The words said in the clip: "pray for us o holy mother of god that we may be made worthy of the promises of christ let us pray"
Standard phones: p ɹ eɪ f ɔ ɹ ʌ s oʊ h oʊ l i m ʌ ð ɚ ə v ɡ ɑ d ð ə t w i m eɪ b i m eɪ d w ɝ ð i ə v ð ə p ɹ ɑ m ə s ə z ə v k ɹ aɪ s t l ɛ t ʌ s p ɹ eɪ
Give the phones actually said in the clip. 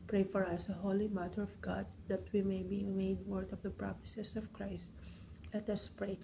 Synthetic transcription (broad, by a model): p ɹ eɪ f ɔ ɹ ʌ s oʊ h oʊ l i m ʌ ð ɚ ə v ɡ ɑ d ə t w i m eɪ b i m eɪ d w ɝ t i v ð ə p ɹ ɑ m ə s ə s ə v k ɹ aɪ s t l ɛ t ʌ s p ɹ eɪ